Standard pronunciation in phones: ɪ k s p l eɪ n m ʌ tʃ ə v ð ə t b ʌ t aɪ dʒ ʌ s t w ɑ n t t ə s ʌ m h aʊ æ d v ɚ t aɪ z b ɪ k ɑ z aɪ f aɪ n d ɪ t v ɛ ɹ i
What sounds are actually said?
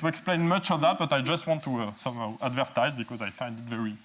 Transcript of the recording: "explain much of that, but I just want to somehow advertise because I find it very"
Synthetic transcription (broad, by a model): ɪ k s p l eɪ n m ʌ tʃ ə v ð ə t b ʌ t aɪ dʒ ʌ s t w ɑ n t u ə s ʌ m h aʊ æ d v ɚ t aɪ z b ɪ k ɑ z aɪ f aɪ n d ɪ t v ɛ ɹ i